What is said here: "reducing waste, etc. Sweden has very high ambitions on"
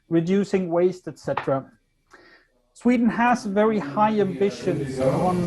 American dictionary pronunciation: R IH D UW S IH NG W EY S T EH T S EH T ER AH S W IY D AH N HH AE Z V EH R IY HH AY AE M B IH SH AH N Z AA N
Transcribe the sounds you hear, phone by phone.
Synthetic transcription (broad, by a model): R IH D UW S IH NG W EY S T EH T S EH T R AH S W IY D N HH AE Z V EH R IY HH AY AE M B IH SH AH N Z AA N